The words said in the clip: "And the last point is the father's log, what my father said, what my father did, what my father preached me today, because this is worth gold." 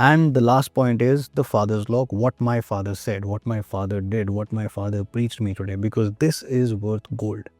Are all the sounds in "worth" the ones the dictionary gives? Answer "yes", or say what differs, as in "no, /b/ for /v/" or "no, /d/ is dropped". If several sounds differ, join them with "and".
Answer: no, /t/ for /θ/